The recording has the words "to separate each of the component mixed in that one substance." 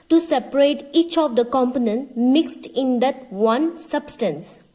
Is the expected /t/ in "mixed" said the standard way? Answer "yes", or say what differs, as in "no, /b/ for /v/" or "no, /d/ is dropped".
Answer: yes